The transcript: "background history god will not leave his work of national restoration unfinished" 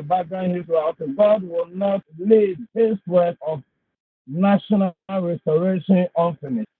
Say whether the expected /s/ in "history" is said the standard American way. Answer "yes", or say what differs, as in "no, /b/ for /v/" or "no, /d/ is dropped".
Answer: no, /θ/ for /s/